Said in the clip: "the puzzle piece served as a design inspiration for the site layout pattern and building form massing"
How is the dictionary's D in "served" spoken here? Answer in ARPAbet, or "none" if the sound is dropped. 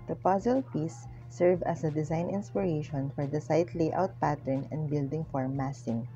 none